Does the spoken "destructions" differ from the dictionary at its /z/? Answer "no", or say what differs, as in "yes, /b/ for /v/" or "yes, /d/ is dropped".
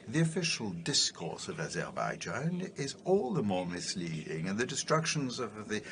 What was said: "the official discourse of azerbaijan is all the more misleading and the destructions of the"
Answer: no